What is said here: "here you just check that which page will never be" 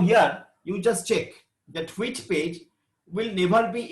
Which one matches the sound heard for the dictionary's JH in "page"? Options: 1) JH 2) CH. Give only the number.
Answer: 1